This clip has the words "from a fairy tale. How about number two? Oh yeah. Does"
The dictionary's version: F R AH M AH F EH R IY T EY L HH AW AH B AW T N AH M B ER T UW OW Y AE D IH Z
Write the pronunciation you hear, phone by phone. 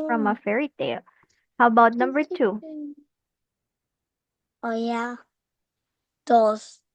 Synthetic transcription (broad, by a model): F R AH M AH F EH R IY T EY L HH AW AH B AW T N AH M B ER T UW OW Y AE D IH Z